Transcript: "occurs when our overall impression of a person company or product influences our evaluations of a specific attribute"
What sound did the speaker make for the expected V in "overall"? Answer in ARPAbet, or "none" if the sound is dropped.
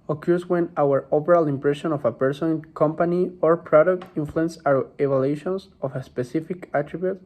P